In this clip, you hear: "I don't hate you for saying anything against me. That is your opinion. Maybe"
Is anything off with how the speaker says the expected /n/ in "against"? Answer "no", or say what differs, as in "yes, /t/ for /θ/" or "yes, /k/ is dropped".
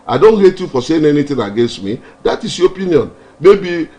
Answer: no